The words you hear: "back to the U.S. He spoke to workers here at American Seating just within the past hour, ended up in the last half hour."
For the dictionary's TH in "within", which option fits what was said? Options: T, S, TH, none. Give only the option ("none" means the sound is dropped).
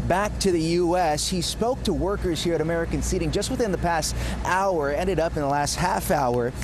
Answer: TH